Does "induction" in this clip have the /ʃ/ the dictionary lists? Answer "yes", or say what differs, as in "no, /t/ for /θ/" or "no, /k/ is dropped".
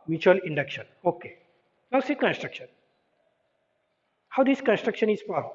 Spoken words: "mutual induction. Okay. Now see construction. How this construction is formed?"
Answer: yes